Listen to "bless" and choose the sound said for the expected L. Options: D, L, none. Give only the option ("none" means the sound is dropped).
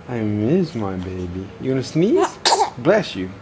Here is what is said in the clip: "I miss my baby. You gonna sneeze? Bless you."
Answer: L